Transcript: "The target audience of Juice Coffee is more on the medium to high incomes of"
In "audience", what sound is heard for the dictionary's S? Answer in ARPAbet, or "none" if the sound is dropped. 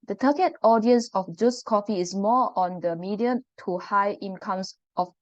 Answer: S